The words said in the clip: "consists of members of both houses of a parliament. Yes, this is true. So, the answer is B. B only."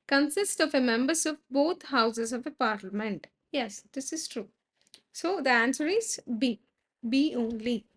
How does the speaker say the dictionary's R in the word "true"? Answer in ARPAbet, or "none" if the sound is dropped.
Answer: R